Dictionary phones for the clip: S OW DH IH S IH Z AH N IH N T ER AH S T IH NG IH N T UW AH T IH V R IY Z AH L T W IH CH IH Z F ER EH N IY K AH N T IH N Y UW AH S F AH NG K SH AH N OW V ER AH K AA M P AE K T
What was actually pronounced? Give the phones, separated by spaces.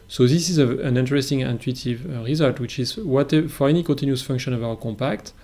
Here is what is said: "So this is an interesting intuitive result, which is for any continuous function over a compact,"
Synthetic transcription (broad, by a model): S OW DH IH S IH Z AH N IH N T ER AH S T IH NG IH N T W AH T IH V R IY Z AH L T W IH CH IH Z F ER EH N IY K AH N T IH N Y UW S F AH NG K SH AH N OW V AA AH K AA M P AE K T